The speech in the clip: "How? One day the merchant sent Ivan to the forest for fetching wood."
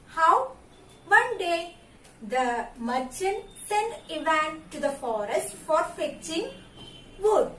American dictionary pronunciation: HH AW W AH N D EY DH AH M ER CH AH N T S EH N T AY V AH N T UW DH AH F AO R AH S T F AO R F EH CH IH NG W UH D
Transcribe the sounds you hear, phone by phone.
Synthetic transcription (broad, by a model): HH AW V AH N D EY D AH M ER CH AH N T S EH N IY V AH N T UW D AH F AO R AH S T F AO R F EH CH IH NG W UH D